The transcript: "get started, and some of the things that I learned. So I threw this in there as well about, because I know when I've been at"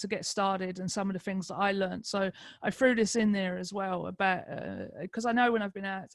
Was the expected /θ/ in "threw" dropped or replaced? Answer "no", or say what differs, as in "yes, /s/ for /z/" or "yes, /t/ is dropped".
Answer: yes, /f/ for /θ/